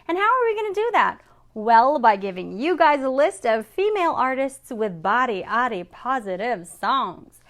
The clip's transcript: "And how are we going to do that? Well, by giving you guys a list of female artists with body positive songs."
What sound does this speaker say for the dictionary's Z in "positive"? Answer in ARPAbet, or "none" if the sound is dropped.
Z